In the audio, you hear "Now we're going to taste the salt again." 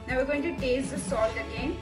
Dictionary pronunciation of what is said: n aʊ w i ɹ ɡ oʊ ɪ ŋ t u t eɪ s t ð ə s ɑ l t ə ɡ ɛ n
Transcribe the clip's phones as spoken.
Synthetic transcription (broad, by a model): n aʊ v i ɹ ɡ oʊ ɪ ŋ t u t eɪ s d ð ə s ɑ t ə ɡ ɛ n